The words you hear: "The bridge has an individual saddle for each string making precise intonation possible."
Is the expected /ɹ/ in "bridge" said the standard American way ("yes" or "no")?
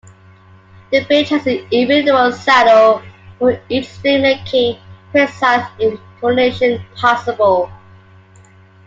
no